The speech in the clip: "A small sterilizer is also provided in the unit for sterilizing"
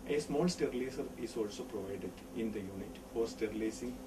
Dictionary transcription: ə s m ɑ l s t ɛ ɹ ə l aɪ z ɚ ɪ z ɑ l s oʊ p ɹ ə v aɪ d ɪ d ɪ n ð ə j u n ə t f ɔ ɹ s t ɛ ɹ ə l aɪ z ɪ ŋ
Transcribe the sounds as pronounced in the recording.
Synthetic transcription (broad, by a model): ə s m ɑ l s t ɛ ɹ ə l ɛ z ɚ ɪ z ɑ l s oʊ p ɹ ə v aɪ d ɪ d ɪ n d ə j u n ə t f ɔ ɹ s t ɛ ɹ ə l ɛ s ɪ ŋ